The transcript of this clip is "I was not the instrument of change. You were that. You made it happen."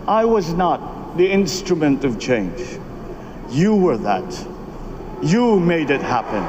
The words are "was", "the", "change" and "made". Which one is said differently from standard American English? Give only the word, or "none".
none